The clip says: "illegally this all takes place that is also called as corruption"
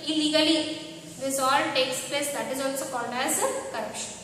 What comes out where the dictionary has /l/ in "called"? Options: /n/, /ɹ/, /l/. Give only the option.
/n/